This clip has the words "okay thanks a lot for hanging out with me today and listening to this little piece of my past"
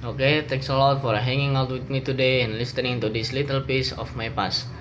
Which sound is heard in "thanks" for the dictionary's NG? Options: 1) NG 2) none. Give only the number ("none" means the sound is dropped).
2